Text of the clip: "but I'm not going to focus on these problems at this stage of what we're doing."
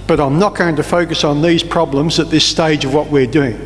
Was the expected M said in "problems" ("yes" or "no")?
yes